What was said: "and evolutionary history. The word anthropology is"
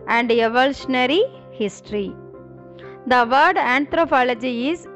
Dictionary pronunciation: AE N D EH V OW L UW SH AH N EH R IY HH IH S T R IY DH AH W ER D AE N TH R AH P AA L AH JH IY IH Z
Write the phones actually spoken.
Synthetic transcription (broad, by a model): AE N D EH V OW L UW SH AH N EH R IY HH IH S T R IY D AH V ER D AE N T R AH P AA L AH JH IY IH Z